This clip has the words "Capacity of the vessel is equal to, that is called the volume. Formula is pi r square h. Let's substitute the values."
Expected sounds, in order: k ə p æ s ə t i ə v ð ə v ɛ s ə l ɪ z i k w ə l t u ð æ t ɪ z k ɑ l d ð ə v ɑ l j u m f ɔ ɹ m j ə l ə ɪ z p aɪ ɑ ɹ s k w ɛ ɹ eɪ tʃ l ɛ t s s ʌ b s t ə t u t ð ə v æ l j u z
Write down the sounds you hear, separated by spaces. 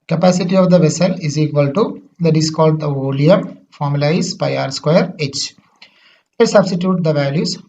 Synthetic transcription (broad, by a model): k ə p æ s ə t i ə v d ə v ɛ s ə l ɪ z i k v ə l t u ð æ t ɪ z k ɑ l d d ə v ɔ l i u m f ɔ ɹ m j ə l ə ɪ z p aɪ ɑ ɹ s k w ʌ ɹ eɪ tʃ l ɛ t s s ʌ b s t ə t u t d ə v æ l j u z